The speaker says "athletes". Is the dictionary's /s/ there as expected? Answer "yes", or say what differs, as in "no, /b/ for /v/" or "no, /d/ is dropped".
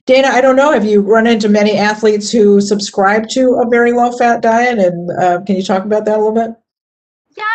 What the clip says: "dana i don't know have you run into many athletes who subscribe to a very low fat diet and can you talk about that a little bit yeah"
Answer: yes